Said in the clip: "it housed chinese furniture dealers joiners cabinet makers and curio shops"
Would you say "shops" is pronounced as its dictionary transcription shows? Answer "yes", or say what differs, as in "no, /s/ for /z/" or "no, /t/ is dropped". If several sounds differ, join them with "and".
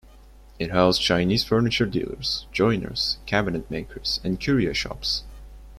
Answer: yes